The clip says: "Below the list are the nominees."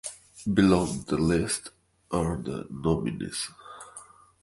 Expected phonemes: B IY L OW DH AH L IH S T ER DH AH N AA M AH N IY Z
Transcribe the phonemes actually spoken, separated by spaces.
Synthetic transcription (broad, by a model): B IY L OW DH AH L IH S T ER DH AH N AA M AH N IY S